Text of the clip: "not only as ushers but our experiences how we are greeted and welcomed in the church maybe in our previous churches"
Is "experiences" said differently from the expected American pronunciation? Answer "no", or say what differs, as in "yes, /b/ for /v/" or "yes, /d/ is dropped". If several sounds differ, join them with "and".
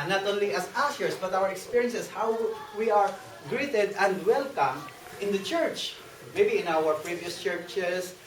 yes, /s/ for /z/